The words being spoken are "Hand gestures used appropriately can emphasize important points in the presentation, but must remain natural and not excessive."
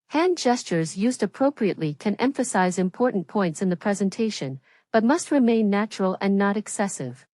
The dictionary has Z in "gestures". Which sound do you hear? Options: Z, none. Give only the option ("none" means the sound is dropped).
Z